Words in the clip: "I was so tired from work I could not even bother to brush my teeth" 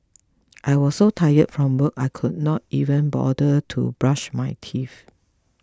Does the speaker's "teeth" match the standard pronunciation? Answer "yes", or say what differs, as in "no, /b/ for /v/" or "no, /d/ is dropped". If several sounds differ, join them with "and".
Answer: no, /f/ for /θ/